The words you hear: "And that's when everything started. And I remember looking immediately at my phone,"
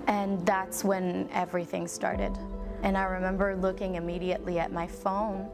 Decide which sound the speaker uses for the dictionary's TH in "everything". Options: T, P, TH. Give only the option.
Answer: TH